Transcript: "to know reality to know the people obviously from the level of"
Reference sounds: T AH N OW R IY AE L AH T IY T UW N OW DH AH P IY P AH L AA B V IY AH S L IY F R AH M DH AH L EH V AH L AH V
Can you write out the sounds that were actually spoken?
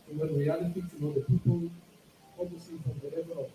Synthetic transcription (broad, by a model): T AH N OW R IY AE L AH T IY T UW N OW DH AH P IY P AH L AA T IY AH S IY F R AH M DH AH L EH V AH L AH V